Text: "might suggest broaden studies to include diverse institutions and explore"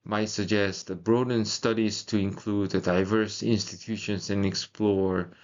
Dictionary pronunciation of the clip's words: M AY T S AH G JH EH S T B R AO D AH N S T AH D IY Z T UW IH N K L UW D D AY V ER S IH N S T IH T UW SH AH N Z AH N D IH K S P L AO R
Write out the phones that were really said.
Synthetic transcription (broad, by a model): M AY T S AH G JH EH S T B R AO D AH N S T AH D IY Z T UW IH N K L UW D D AY V ER S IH N S T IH T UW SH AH N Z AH N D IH K S P L AO R